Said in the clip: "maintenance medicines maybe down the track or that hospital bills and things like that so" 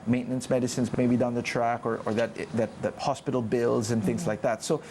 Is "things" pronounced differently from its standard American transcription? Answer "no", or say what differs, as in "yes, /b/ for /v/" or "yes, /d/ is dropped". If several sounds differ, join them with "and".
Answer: no